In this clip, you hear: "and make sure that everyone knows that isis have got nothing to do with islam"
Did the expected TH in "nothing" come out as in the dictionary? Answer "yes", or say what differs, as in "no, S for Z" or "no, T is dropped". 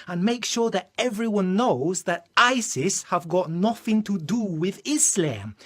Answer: yes